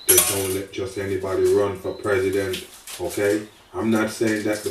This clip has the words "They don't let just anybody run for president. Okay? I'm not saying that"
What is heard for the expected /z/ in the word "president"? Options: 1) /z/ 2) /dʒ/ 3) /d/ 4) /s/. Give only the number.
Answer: 1